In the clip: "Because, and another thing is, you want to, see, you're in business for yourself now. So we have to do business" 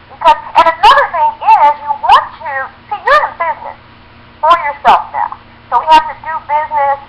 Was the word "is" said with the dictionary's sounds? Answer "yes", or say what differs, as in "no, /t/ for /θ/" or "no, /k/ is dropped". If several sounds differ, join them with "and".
yes